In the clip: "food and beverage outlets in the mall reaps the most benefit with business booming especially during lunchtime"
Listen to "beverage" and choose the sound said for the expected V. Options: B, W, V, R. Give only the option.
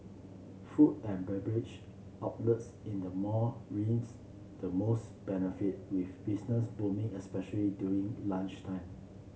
B